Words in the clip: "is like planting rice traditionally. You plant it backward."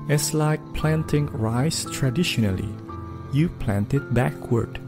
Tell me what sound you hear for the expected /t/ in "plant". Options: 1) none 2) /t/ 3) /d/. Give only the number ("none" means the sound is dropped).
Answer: 2